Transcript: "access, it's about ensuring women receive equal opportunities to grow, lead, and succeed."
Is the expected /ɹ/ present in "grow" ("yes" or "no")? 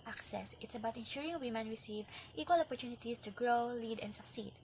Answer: yes